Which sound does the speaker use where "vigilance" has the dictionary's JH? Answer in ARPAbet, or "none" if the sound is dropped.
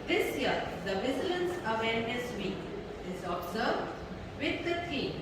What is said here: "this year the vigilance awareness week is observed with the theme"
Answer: Z